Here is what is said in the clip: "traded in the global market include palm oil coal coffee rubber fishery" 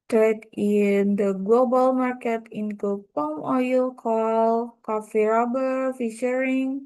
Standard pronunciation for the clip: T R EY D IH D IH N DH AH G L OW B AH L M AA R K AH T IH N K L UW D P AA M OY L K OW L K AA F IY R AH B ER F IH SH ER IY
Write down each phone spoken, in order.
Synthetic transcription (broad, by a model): T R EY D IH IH N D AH G L OW B AH L M AA R K AH T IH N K UW P AA M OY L K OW L K AA F IY R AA B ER F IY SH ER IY